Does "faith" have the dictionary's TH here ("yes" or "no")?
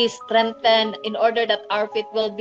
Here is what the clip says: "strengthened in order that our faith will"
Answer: no